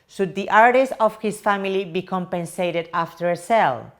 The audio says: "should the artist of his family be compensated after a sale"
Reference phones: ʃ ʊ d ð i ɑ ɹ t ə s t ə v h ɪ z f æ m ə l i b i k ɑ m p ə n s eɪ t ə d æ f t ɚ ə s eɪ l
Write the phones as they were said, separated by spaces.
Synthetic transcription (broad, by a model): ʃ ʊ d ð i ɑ ɹ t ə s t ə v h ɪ s f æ m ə l i b i k ɑ m p ə n s eɪ t ə d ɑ f t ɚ ə s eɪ l